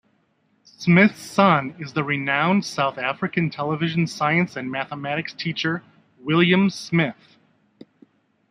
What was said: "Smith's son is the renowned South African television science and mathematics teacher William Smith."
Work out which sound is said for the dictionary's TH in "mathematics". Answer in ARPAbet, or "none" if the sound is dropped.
TH